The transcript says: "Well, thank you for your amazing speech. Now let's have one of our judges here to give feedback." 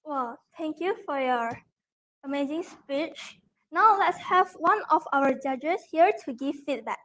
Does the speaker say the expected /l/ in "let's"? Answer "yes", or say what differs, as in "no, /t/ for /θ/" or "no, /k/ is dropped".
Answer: yes